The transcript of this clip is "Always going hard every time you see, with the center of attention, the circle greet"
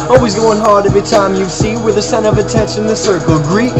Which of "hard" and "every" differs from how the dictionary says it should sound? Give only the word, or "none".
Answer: every